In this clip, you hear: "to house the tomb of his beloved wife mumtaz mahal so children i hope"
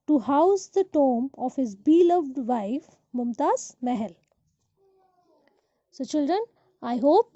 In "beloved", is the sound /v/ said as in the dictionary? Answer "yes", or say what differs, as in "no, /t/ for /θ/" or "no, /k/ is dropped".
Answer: yes